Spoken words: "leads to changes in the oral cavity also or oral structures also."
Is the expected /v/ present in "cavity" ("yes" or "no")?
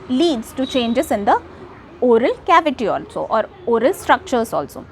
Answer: yes